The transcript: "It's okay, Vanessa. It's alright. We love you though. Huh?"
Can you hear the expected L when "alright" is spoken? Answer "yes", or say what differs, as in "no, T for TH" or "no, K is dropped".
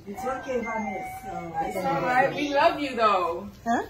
no, L is dropped